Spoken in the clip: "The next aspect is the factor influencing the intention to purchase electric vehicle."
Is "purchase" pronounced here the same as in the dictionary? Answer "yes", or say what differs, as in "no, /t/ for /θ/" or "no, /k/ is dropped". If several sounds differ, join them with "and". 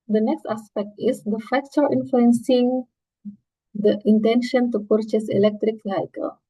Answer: yes